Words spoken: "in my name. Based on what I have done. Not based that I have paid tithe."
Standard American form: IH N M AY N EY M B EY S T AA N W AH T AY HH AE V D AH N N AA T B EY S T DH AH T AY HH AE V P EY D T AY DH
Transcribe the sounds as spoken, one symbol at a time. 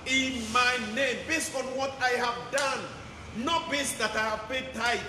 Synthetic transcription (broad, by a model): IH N M AY N EY M B EY S T AA N W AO T AY HH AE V D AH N N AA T B EY S T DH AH T AY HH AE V B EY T AY